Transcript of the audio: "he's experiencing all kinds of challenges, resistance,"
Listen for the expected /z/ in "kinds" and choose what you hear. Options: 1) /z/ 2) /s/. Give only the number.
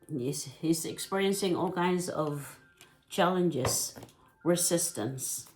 1